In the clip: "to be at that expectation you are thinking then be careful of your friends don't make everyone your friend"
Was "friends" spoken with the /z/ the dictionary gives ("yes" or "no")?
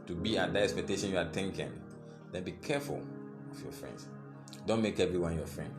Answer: no